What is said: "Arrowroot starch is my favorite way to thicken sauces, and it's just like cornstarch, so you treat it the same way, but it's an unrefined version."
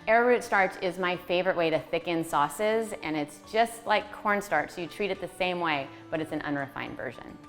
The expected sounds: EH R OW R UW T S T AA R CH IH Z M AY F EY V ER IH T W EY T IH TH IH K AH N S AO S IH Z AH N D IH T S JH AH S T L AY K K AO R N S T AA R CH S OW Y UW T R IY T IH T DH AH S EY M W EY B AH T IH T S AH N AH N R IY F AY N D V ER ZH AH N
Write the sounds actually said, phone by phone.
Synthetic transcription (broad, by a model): EH R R UW T S T AA R CH IH Z M AY F EY V ER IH T W EY T IH TH IH K AH N S AO S IH Z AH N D IH T S JH AH S T L AY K K AO R N S T AA R CH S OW Y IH T R IY T IH T DH AH S EY M W EY B AH T IH T S N AH N R IY F AY N D V ER ZH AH N